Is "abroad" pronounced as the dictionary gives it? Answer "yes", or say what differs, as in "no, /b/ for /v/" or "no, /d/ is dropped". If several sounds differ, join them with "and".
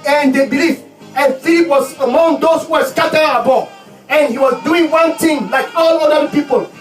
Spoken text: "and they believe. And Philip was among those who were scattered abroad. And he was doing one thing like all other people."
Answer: no, /ɹ/ is dropped